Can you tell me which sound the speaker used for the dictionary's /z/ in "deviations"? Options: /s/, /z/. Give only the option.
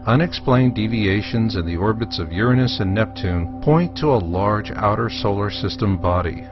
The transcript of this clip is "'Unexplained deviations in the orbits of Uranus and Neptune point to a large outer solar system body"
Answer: /z/